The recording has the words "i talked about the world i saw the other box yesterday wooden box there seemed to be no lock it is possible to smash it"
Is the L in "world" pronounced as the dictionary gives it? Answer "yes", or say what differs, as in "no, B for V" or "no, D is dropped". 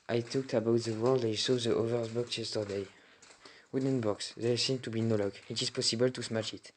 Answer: yes